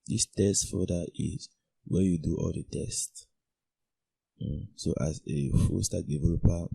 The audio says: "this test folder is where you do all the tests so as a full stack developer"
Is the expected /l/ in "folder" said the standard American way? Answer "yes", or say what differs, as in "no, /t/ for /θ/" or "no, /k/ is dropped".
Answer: no, /l/ is dropped